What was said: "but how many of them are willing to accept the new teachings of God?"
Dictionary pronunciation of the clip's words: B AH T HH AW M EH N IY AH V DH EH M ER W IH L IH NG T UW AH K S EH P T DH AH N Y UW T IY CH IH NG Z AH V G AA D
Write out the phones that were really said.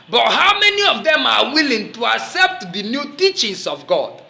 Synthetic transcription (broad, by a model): B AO T HH AW M EH N IY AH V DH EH M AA W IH L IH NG T UW AH K S EH P T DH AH N Y UW T IY CH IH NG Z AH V G AA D